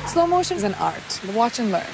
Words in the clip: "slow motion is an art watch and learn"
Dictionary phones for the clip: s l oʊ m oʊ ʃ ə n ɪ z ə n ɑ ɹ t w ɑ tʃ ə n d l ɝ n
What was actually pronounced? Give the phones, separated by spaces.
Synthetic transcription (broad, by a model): s l oʊ m oʊ ə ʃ ɪ z ə n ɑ ɹ t w ɑ tʃ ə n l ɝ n